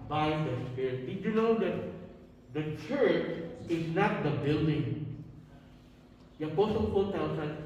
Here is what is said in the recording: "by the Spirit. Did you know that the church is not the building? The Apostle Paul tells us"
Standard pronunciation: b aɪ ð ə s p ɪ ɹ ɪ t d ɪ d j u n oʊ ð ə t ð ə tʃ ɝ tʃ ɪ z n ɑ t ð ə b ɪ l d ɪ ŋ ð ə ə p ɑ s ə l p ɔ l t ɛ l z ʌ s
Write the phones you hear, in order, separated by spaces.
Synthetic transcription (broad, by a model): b aɪ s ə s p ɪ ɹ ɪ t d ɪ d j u n oʊ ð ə t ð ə tʃ ɝ tʃ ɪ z n ɑ t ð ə b ɪ l d ɪ ŋ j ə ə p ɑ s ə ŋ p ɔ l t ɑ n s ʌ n